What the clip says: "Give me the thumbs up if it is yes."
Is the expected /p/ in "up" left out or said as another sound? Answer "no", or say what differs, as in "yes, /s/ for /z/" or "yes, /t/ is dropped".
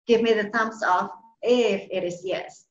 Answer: yes, /f/ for /p/